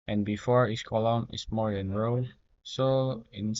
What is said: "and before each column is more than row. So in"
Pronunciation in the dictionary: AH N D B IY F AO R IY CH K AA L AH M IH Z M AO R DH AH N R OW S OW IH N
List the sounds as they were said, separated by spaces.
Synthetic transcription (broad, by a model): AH N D B IY F AO R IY S K AA L AH M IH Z M AO R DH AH N R OW S OW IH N